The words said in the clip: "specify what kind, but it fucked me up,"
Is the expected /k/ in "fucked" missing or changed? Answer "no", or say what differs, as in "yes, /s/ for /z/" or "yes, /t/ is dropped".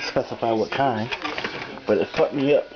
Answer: yes, /k/ is dropped